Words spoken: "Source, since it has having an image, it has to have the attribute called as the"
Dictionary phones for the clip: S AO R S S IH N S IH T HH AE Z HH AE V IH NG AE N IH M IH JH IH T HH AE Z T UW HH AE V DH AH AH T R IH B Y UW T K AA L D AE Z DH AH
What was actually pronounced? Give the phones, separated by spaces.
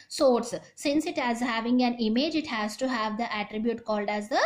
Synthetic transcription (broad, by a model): S AO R S S IH N S IH T HH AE Z HH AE V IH NG AE N IH M IH JH IH T HH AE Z T UW HH AE V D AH AH T R IH B Y UW T K AA L D AE Z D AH